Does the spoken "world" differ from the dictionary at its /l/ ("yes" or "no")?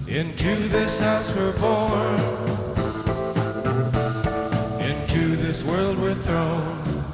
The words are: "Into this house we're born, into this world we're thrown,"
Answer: no